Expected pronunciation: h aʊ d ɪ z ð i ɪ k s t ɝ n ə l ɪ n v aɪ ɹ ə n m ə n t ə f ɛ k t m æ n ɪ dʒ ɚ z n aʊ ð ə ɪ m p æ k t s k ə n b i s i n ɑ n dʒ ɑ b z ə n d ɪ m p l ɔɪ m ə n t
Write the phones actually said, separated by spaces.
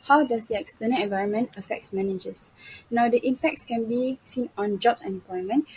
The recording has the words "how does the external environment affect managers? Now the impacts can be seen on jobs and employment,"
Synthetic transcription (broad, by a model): h aʊ d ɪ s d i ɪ k s t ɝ n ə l ɪ n v aɪ ɹ ə n m ə n t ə f ɛ k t m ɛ n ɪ dʒ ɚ s n aʊ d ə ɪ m p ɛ k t s k ə n b i s i n ɑ n dʒ ɑ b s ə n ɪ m p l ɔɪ m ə n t